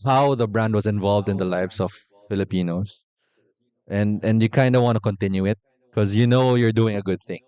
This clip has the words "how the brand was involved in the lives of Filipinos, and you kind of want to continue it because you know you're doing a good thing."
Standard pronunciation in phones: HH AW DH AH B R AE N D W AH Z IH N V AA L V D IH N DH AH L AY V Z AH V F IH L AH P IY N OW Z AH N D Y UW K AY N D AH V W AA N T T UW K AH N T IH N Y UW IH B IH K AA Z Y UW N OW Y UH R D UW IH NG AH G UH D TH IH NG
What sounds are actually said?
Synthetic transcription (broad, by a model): HH AW DH AH B R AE N D W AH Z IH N V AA L V D IH N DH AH L AY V S AH V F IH L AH P IY N OW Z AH N D Y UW K AY N D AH W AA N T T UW K AH N T IH N Y UW IH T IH K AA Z Y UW N OW Y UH R D UW IH NG AH G UH D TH IH NG